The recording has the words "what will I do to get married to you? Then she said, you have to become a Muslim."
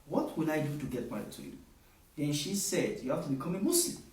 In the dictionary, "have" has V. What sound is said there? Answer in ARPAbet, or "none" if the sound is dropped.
F